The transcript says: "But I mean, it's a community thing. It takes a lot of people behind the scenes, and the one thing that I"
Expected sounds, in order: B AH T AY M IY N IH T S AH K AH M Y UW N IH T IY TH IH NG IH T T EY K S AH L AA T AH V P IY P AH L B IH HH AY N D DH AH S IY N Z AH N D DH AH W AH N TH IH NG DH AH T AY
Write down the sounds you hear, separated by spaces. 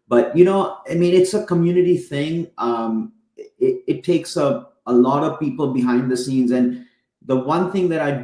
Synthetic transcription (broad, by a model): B AH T AY M IY N IH T S AH K AH M Y UW N IH T IY TH IH NG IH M T EY K S AH L AA T AH V P IY P AH L B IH HH AY N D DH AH S IY N Z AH N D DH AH W AH N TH IH NG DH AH T AY